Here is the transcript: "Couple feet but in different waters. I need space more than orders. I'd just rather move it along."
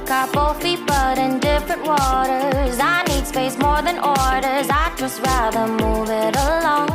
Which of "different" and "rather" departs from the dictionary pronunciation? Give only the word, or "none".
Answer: none